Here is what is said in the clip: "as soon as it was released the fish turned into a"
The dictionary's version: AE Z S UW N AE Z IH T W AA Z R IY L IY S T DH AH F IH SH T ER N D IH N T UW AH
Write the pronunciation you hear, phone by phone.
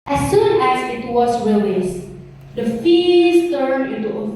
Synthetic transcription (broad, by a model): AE S UW N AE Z IH T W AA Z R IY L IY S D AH F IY S T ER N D IH N T UW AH